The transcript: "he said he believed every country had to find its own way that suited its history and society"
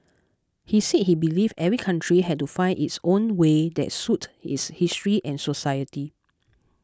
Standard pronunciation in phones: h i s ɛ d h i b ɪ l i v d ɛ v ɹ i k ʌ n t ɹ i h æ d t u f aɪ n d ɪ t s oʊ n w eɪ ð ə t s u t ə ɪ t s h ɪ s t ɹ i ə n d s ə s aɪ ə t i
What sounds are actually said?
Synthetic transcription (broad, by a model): h i s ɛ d h i b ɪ l i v ɛ v ɹ i k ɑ n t ɹ i h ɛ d t u f aɪ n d ɪ t s oʊ n w eɪ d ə t s u t ə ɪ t s h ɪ s t ɹ i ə n s ə s aɪ ə t i